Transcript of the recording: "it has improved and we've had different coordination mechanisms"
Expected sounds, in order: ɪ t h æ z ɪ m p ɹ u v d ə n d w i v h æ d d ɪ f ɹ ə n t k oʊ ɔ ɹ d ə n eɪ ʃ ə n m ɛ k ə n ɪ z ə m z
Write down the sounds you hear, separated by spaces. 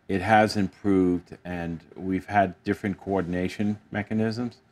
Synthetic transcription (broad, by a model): ɪ t h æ z ɪ m p ɹ u v d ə n w i v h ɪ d d ɪ f ɹ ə n k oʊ ɔ ɹ d n eɪ ʃ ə n m ɛ k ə n ɪ z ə m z